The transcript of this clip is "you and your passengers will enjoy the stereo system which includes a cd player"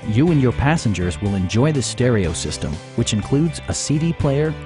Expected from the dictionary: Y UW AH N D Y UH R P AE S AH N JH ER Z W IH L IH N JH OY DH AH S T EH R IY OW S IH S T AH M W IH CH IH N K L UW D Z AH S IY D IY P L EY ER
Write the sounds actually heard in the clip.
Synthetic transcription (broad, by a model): Y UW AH N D Y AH R P AE S AH N JH ER Z W IH L IH N JH OY DH AH S T EH R IY OW S IH S T AH M W IH CH IH N K L UW D Z AH S IY D IY P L EY ER